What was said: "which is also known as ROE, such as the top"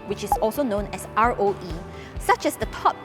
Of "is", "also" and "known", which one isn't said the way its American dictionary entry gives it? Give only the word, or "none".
is